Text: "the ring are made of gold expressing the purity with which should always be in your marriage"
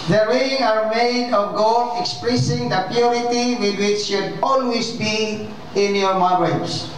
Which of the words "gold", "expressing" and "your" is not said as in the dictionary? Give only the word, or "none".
gold